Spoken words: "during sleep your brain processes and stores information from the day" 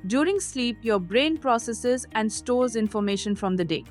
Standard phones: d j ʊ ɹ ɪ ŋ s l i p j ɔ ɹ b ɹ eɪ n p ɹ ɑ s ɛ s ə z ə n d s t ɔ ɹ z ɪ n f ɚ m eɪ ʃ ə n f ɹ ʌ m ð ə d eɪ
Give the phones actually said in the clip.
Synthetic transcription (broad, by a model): d j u ɹ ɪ ŋ s l i p j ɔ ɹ b ɹ eɪ n p ɹ ɑ s ɛ s ə z ə n d s t ɔ ɹ z ɪ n f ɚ m eɪ ʃ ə n f ɹ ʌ m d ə d eɪ